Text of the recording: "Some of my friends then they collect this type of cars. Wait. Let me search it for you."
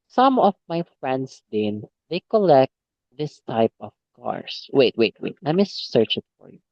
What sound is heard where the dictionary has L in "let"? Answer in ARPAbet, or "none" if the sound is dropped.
W